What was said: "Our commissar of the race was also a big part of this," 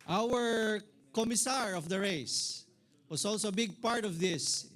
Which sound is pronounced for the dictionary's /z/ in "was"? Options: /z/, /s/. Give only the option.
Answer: /s/